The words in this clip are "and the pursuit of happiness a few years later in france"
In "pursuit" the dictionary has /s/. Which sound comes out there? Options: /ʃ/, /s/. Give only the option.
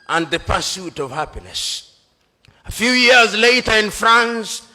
/s/